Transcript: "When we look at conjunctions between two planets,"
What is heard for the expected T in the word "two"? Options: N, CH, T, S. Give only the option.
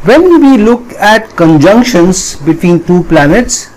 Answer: T